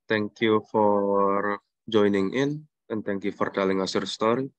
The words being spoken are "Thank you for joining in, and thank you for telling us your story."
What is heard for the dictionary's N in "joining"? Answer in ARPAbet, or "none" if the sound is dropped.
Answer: N